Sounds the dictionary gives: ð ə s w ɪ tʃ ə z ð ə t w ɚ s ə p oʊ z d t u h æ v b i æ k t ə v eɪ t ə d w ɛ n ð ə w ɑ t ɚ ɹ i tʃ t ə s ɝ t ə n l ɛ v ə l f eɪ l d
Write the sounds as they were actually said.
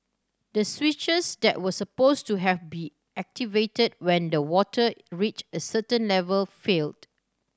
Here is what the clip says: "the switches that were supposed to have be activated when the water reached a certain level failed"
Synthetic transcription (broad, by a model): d ə s w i tʃ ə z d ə t w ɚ s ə p oʊ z t u h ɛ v b i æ k t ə v eɪ t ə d w ɛ n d ə w ɑ t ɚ ɹ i tʃ ə s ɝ t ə n l ɛ v ə l f eɪ l d